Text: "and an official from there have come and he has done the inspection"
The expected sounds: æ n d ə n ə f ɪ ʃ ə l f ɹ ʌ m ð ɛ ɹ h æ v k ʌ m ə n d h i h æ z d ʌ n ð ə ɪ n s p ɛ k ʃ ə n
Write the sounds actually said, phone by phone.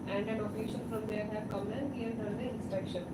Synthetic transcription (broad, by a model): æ n d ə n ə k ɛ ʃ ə n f ɹ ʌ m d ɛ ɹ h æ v k ʌ m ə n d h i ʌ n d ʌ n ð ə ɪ n s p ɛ k ʃ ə n